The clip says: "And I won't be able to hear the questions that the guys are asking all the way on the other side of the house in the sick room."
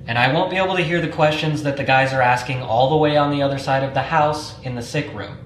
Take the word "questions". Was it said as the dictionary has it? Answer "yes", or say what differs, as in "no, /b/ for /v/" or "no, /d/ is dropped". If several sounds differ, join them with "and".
yes